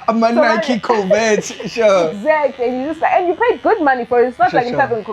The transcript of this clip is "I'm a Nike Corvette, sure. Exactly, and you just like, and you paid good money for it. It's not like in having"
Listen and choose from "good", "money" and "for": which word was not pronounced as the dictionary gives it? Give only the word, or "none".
none